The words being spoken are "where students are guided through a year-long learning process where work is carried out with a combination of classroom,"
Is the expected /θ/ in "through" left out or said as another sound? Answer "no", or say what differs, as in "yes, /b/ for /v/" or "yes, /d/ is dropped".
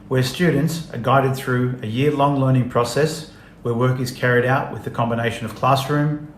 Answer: no